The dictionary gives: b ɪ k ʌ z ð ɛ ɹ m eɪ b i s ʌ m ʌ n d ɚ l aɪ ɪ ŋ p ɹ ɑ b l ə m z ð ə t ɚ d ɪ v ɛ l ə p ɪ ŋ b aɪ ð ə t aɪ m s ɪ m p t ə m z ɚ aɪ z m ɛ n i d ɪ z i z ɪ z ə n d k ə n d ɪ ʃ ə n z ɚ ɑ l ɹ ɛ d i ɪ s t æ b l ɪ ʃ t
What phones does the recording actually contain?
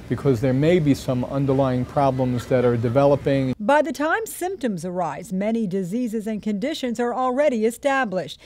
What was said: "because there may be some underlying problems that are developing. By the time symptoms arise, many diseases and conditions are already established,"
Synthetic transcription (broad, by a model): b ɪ k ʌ z ð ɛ ɹ m eɪ b i s ʌ m ʌ n d ɚ l aɪ ɪ ŋ p ɹ ɑ b l ə m z ð ə t ɚ d ɪ v ɛ l ə p ɪ ŋ b aɪ ð ə t aɪ m s ɪ m p t ə m z ɚ aɪ z m ɛ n i d ɪ z i z ɪ z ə n k ə n d ɪ ʃ ə n z ɚ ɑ l ɹ ɛ d i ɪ s t æ b l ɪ ʃ t